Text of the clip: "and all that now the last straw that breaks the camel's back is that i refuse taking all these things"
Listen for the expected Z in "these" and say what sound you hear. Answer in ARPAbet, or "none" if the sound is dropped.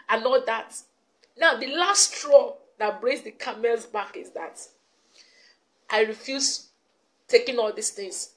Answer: S